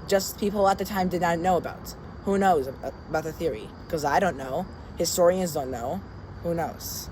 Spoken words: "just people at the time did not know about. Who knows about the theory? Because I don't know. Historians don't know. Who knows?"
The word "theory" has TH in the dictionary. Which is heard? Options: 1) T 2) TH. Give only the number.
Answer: 2